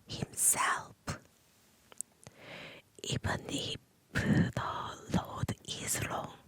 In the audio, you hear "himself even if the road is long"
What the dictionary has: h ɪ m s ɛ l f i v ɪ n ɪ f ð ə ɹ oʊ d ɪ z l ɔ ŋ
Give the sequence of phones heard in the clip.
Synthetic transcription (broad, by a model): h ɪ m s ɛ l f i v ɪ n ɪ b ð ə l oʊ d ɪ z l ɔ ŋ